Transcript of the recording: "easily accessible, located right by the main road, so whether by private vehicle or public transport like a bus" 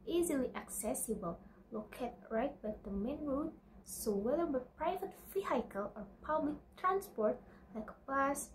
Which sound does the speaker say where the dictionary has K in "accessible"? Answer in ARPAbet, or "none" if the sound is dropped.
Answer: K